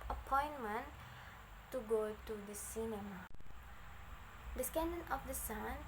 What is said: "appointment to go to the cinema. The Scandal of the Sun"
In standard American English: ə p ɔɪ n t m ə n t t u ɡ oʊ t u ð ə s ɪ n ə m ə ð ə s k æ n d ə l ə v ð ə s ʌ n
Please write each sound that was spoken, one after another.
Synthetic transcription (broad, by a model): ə p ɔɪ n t m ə n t t u ɡ oʊ t u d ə s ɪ n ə m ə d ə s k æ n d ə n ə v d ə s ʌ n